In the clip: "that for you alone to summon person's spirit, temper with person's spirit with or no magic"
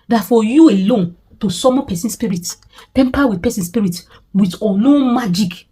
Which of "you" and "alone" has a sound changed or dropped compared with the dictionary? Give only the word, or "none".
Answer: none